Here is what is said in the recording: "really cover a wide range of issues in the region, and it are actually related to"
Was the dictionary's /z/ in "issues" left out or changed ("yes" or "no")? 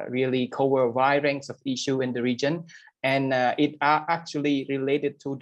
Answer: yes